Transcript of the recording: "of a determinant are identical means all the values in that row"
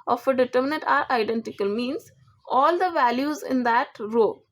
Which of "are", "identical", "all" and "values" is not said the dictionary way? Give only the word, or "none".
none